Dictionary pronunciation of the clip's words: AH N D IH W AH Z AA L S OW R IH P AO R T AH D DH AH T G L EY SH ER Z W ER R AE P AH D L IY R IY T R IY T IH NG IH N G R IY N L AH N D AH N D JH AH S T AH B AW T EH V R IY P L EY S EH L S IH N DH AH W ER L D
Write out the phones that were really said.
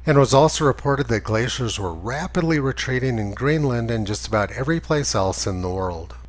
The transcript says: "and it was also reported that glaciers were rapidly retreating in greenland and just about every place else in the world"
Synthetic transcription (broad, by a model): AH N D W AH Z AA L S OW R IH P AO R T AH D DH AH T G L EY SH ER Z W ER R AE P AH D L IY R IY T R IY T IH NG IH N G R IY N L AH N D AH N JH AH S T AH B AW T EH V R IY P L EY S EH L S IH N DH AH W ER L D